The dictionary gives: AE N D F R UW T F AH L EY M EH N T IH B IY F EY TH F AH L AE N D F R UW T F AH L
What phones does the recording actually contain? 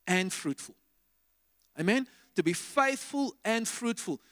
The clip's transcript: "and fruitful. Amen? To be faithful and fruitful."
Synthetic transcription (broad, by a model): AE N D F R UW T F AH L EY M EH N T IH B IY F EY TH F AH L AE N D F R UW T F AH L